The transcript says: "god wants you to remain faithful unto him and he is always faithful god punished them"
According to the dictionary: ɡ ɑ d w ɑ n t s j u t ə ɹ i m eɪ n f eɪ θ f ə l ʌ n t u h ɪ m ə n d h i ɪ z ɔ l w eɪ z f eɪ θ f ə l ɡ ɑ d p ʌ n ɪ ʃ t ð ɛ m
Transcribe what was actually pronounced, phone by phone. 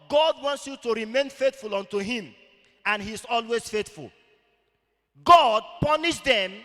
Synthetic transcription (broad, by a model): ɡ ɑ d w ɑ n t s j u t ə ɹ i m eɪ n f eɪ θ f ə l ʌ n t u h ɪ m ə n h i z ɔ l w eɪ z f eɪ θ f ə l ɡ ɑ d p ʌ n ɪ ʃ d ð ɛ m